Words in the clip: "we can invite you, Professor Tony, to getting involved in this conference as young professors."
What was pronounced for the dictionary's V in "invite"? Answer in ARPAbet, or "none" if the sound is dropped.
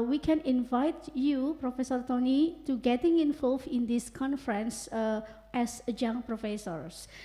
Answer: V